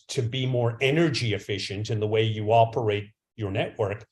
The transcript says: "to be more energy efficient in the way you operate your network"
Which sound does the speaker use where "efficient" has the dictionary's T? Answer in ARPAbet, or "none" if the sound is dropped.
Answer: T